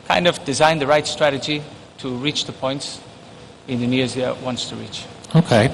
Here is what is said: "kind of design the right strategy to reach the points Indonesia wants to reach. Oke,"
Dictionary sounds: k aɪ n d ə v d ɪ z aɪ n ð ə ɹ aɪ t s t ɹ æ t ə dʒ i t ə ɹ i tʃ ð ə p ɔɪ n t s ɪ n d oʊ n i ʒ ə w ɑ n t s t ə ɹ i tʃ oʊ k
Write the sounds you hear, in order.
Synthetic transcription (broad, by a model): k aɪ n d ə v d ɪ z aɪ n ð ə ɹ aɪ t s t ɹ æ t ə dʒ i t ə ɹ i tʃ ð ə p ɔɪ n t s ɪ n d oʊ n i z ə w ɑ n t s t ə ɹ i tʃ oʊ k